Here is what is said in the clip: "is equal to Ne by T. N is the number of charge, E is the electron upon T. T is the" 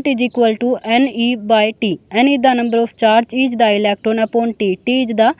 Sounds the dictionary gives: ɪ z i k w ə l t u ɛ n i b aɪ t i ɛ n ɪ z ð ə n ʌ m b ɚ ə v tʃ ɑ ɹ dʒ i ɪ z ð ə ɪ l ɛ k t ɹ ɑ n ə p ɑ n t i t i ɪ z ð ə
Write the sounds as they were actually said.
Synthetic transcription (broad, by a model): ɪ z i k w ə l t u ɛ n i b aɪ t i ɛ n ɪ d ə n ʌ m b ɚ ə p tʃ ɑ ɹ dʒ i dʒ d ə ɪ l ɛ k t ɹ ɑ n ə p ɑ n t i t i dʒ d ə